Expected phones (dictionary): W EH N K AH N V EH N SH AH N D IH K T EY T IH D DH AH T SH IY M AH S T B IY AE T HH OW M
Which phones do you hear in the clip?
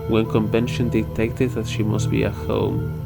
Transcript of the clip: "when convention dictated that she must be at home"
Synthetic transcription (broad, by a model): W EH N K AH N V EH N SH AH N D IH T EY T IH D DH AH T SH IY M AH S T B IY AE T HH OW M